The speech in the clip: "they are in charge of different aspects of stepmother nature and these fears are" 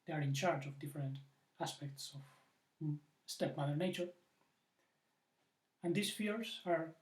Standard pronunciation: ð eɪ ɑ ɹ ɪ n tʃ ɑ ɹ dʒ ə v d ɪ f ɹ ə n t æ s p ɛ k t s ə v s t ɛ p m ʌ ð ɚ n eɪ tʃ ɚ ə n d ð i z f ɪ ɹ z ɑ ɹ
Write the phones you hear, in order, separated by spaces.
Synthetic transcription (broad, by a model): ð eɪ ɑ ɹ ɪ n tʃ ɑ ɹ dʒ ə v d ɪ f ɹ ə n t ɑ s p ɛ k t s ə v s t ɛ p m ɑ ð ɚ n eɪ tʃ ɚ ə n d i s f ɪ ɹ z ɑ ɹ